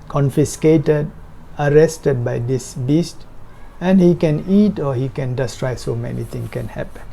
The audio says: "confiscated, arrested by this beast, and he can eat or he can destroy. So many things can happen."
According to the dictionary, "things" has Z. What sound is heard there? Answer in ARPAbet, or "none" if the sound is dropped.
none